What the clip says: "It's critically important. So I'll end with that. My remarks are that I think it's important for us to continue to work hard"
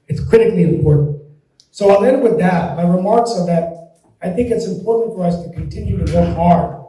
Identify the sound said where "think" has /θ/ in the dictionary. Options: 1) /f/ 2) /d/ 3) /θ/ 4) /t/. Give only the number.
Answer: 3